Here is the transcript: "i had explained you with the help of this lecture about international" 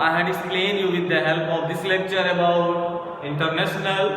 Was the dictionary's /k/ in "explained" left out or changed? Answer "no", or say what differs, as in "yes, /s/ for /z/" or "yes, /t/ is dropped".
yes, /k/ is dropped